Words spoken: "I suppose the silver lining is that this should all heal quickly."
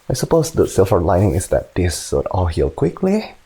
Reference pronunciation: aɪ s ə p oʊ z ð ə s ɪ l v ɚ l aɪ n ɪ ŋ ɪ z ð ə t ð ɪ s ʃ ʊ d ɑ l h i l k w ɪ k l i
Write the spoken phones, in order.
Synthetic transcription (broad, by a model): aɪ s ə p oʊ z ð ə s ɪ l f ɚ l aɪ n ɪ ŋ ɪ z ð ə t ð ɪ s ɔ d ɑ l h i l k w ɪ k l i